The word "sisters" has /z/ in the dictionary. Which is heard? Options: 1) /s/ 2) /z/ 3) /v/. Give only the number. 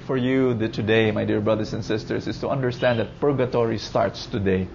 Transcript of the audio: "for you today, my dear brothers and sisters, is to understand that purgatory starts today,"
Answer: 1